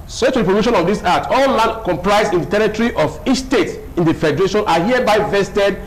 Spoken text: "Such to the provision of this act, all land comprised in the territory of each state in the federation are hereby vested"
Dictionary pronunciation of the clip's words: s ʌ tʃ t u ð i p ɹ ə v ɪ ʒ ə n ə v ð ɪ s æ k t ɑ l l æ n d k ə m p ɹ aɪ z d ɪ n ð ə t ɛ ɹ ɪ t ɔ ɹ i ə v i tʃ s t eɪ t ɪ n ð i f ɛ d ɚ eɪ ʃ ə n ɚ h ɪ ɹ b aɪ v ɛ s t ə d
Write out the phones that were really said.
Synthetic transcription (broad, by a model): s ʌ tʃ t u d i p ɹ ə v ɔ ʃ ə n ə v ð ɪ s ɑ t ɑ l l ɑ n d k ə m p ɹ aɪ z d ɪ n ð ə t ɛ ɹ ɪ t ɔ ɹ i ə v i tʃ s t eɪ t ɪ n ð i f ɛ d ɚ eɪ ʃ ə n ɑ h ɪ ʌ b aɪ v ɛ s t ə d